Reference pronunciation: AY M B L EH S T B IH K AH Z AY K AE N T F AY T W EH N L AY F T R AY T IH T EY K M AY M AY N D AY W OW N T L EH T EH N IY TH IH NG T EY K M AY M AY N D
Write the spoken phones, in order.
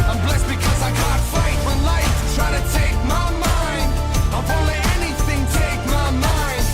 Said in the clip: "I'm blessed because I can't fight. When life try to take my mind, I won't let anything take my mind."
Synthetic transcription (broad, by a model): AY M B L EH S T B IH K AH Z AY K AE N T F AY T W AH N L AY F T R AY T IH T EY K M AY M AY N D AY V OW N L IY EH N IY TH IH NG T EY K M AY M AY N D